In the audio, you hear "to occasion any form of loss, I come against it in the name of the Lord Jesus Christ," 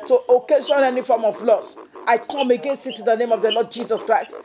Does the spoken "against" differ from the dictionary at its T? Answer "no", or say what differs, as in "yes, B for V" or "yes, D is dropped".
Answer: yes, T is dropped